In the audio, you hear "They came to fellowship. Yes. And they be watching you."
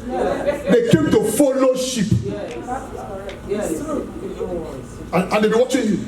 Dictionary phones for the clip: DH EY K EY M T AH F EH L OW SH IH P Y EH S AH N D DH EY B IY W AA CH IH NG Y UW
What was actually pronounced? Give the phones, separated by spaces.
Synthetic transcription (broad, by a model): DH EY K EY M T AH F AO L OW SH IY P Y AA AH N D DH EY B IY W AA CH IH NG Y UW